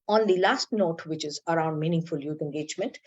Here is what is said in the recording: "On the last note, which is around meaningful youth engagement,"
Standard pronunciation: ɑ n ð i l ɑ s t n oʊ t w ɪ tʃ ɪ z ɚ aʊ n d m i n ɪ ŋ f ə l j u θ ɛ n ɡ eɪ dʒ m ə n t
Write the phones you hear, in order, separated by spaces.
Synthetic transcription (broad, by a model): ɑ n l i l ɑ s t n oʊ t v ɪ tʃ ɪ z ɚ aʊ n d m i n ɪ ŋ f ə l j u t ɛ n ɡ eɪ dʒ m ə n t